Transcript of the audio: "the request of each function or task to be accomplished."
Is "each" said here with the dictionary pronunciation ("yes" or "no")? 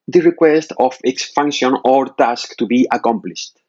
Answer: no